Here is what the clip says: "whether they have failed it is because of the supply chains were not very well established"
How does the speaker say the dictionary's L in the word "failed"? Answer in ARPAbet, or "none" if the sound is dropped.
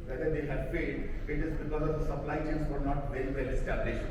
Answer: none